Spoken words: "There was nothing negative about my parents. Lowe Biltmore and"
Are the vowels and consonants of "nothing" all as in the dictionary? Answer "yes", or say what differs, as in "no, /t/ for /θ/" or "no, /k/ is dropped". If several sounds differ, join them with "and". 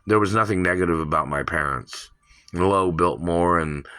yes